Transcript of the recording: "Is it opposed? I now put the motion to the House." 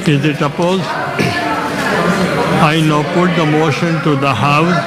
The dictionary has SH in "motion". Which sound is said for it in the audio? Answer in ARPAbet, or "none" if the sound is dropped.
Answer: SH